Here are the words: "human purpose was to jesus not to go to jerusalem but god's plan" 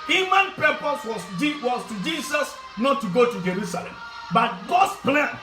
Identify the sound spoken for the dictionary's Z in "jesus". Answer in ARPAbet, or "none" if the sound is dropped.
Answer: S